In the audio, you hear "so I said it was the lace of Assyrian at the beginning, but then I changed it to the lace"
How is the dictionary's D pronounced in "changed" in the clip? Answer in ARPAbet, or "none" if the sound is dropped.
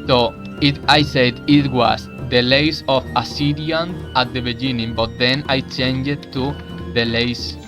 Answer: none